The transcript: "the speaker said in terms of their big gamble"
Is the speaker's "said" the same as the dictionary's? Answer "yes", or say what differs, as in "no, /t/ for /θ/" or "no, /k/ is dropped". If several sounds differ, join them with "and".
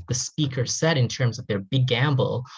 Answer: yes